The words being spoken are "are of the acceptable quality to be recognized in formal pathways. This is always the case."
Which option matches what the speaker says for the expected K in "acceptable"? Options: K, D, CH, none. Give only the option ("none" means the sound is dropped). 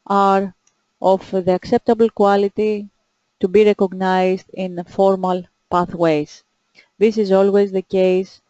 K